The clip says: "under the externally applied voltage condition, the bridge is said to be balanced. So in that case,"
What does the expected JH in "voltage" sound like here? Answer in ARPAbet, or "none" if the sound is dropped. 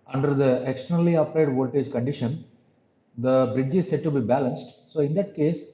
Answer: JH